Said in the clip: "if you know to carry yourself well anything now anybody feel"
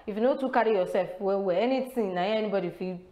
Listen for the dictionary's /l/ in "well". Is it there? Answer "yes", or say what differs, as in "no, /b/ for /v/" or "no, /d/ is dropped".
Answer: no, /w/ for /l/